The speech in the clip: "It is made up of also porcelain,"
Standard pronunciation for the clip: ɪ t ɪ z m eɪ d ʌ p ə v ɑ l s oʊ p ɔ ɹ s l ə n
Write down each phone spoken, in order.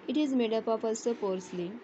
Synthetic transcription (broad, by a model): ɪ t ɪ z m eɪ d ʌ p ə p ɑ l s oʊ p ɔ ɹ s l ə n